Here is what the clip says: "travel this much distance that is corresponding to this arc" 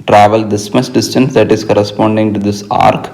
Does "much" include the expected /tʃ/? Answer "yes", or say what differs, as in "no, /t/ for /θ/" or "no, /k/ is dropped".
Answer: no, /s/ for /tʃ/